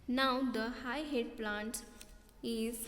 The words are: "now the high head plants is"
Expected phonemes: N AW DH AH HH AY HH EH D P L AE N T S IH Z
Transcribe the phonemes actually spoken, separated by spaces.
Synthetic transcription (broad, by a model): N AW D AH HH AY HH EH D P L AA N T IH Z